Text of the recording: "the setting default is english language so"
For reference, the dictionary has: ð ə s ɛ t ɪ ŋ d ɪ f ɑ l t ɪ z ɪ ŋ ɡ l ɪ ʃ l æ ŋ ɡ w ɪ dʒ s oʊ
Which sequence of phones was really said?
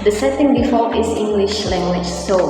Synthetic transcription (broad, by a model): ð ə s ɛ t ɪ ŋ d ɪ f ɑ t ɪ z ɪ ŋ ɡ l ɪ ʃ l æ ŋ ɡ w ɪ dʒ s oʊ